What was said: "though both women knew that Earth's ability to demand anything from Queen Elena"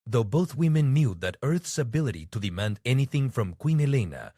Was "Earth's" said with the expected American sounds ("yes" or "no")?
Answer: yes